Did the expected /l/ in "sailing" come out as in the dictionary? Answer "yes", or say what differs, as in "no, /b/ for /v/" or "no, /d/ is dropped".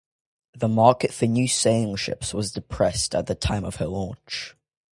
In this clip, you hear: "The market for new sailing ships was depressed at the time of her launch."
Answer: no, /l/ is dropped